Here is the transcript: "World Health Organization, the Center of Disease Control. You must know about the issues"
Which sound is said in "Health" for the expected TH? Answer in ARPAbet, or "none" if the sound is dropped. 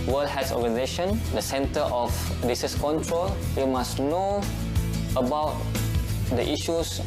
S